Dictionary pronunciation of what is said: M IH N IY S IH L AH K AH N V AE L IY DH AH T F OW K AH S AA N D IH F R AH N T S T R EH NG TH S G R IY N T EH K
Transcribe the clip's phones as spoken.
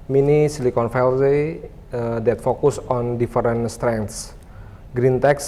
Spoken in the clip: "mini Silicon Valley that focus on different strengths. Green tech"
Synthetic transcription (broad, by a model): M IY N IY S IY L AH K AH N F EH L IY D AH T F OW K AH S AA N D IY F R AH N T S T R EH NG T S G R IY N T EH K